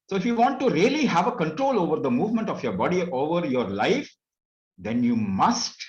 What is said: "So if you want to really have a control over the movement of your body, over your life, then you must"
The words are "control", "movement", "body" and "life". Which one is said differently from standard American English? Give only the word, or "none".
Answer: none